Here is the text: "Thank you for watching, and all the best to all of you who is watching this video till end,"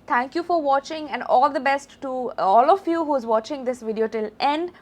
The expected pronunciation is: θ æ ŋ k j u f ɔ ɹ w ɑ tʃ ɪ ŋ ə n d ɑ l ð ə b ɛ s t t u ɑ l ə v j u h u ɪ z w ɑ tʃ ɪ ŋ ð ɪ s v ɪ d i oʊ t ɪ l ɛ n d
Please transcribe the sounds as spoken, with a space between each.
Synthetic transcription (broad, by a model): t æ ŋ k j u f ɔ ɹ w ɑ tʃ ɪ ŋ ə n d ɑ l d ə b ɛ s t t u ɑ l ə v j u h u ɪ z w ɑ tʃ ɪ ŋ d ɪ s v ɪ d i oʊ t ɪ l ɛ n d